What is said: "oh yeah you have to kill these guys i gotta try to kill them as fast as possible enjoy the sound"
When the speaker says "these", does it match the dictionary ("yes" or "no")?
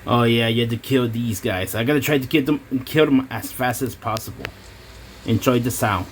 yes